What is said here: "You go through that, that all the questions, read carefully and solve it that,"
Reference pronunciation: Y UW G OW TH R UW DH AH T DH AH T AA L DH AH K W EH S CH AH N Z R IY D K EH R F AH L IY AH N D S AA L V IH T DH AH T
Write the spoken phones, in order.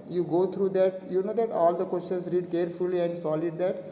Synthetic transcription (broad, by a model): Y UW G OW T R UW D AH T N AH T AA L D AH K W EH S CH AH N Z R IY D K EH R F AH L IY AH N D S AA L IH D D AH T